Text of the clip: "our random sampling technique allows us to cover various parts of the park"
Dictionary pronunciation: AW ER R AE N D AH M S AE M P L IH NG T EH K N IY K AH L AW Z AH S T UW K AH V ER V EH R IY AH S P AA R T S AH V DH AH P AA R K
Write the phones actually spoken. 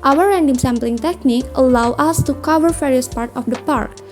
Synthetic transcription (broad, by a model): AW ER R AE N D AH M S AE M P L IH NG T EH K N IY K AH L AW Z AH S T UW K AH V ER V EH R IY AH S P AA R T AH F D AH P AA R K